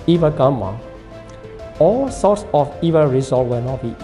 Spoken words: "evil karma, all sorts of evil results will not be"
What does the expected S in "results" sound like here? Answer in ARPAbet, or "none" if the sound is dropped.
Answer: none